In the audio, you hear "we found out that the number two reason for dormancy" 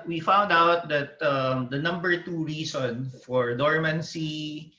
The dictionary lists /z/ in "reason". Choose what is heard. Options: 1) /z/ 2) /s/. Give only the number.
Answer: 2